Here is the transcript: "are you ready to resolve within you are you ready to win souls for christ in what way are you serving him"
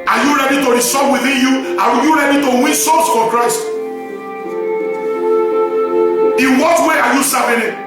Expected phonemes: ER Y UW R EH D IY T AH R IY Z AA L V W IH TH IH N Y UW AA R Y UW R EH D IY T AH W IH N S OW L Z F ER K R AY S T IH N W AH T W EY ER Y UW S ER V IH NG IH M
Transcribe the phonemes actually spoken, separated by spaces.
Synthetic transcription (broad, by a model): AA Y UW R EH D IY T AH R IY S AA V W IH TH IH N Y UW AA W Y UW R EH D IY T AH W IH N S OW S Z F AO K R AY S T IH N W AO T W EY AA Y UW S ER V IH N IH